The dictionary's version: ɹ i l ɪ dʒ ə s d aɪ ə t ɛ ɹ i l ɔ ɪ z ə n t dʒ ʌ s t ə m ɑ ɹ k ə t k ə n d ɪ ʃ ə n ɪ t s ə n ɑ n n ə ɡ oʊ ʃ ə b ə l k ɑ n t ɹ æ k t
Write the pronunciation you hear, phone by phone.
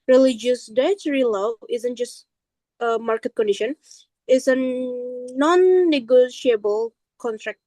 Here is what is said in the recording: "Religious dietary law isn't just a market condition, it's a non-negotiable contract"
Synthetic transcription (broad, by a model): ɹ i l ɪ dʒ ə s d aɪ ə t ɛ ɹ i l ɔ ɪ z ə n t dʒ ʌ s t ə m ɑ ɹ k ə t k ə n d ɪ ʃ ə n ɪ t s ə n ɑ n n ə ɡ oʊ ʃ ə b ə l k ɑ n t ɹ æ k t